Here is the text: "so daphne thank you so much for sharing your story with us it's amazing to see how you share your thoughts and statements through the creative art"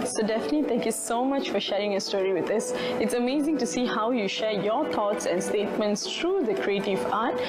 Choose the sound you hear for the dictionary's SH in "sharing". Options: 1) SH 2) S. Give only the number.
1